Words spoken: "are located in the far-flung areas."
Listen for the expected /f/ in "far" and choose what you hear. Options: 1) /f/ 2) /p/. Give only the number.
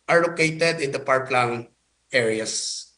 2